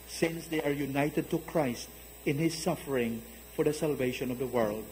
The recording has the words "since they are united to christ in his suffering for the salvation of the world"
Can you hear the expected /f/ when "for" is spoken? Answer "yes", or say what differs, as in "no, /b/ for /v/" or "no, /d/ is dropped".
yes